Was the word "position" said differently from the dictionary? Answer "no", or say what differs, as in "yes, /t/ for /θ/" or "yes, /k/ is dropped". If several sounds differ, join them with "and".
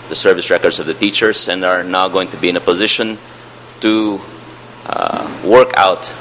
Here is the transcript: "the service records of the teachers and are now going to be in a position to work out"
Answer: no